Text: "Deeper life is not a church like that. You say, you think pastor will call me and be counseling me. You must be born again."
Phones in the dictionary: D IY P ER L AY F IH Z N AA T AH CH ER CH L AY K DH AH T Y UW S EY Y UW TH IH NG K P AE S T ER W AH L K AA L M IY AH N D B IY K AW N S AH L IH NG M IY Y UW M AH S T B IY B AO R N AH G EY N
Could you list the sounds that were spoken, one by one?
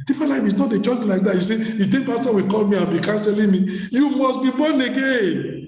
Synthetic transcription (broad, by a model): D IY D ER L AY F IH S N AA T AH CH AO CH L AY K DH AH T Y UW S EY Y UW T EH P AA S T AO W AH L K AA L M IY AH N B IY K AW N S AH L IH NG M IY Y UW M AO S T B IY B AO N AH G EY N